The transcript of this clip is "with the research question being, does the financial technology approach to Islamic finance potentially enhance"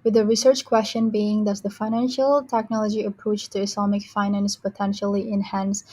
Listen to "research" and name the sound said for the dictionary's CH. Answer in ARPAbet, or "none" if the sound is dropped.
CH